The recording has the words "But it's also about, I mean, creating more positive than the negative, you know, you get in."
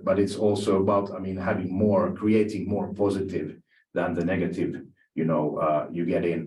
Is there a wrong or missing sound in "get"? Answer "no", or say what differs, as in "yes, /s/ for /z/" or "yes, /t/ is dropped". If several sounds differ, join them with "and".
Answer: no